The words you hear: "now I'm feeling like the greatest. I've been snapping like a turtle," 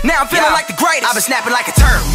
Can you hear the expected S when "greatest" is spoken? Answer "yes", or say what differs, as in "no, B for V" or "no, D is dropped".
no, S is dropped